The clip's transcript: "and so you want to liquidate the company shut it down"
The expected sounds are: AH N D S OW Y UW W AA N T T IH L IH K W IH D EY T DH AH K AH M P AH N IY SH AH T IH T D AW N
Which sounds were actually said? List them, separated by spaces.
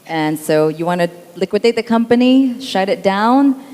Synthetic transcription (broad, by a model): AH N S OW Y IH W AA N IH L IH K W IH D EY T DH AH K AH M P AH N IY SH AH T IH T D AW N